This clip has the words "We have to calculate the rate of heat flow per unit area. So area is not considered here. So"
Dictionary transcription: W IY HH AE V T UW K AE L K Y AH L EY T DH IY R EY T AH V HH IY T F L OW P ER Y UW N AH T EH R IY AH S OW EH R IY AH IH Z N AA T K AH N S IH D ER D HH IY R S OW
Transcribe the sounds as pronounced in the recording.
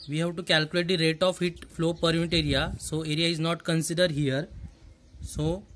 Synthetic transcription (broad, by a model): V IY HH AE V T UW K AE L K Y AH L EY T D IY R EY T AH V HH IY T F L OW P ER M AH T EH R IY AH S OW EH R IY AH IH Z N AA T K AH N S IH D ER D HH IY R S OW